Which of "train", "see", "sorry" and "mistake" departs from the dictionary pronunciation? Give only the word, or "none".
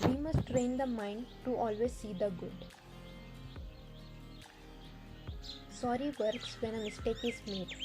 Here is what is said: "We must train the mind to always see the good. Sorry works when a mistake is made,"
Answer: none